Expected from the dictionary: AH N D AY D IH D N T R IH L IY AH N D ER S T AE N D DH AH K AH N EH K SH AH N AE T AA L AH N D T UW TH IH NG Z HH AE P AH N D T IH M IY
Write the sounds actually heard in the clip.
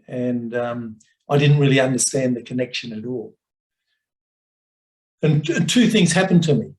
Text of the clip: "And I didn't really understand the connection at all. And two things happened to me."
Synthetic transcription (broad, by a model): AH N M AY D IH D N T R IH L IY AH N D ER S T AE N DH AH K AH N EH K SH AH N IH T AA L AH N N T UW TH IH NG Z HH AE P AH N T IH M IY